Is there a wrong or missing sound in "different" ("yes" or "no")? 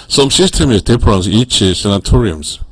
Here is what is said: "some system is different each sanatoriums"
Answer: yes